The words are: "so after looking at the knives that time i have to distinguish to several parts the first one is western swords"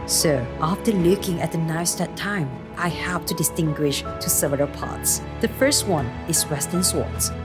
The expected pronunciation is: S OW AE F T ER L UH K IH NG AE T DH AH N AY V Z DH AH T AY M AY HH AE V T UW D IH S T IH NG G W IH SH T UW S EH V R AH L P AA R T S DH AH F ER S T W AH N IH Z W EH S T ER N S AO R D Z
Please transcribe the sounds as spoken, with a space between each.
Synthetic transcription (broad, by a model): S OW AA F T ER L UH K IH NG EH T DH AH N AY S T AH T AY M AY HH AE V T UW D IH S T IH NG G W IH SH T UW S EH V AH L P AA T S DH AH F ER S T W AH N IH S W EH S T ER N S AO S